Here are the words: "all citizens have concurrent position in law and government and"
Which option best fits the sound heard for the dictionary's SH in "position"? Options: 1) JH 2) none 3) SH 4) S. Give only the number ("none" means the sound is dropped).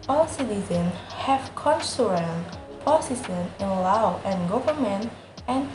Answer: 4